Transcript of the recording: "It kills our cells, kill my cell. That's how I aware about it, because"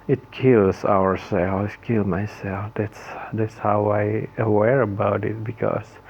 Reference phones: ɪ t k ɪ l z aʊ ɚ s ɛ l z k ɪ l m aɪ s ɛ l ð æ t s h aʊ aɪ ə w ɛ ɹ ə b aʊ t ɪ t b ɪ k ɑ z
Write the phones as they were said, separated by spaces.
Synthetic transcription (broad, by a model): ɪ t k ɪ l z aʊ ɚ s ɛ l k ɪ l m aɪ s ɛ l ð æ t s h aʊ aɪ ə w ɛ ɹ ə b aʊ t ɪ t b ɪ k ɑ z